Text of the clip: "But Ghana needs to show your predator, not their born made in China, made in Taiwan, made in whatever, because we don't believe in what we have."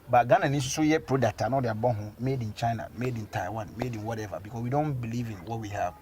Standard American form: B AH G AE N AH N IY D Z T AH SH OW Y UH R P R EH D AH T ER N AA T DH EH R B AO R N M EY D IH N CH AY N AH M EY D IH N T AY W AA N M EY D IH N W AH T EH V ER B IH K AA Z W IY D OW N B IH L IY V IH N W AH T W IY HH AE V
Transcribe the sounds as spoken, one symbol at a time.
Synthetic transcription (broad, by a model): B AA G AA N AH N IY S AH S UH Y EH P R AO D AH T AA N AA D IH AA B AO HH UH M EY D IH N CH AY N AH M EY D IH N T AY W AA N M EY D IH N W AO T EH V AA B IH K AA S W IY D OW N B IH L IY V IH N W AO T W IY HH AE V